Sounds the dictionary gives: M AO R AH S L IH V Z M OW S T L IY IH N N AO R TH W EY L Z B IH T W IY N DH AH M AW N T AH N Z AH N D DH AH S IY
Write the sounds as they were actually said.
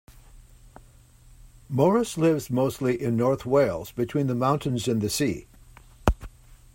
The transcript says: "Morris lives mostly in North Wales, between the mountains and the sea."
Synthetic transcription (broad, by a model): M AO R AH S L IH V Z M OW S T L IY IH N N AO R TH W EY L Z B IH T W IY N DH AH M AW N T AH N Z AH N DH AH S IY